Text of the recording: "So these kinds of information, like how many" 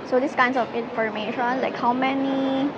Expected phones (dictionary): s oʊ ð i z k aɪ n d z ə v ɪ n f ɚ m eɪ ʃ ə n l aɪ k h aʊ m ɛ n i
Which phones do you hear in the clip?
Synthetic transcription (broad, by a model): s oʊ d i s k aɪ n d s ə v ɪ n f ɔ m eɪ ʃ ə n l aɪ k h aʊ m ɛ n i